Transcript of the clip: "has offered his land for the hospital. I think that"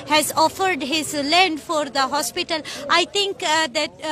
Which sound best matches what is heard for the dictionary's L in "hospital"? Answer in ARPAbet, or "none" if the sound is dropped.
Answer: L